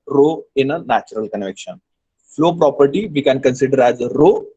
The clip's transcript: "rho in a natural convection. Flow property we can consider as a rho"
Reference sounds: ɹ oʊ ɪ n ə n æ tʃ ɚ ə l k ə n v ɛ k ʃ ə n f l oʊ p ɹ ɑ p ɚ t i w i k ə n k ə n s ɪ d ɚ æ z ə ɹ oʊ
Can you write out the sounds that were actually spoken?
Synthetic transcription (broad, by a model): ɹ oʊ ɪ n ə n æ tʃ ɚ ə l k ə n v ɛ k ʃ ə n f l oʊ p ɹ ɑ p ɚ t i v i k ə n k ə n s ɪ d ɚ æ z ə ɹ oʊ